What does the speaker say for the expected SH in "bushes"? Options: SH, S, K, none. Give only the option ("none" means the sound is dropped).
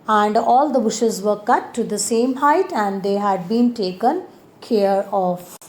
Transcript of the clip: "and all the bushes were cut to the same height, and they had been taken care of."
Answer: SH